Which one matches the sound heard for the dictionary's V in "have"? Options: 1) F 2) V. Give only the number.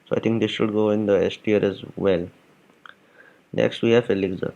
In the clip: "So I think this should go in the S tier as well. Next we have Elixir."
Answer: 1